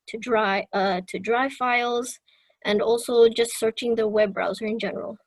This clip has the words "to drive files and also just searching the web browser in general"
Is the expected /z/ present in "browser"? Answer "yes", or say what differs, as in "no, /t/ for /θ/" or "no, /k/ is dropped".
yes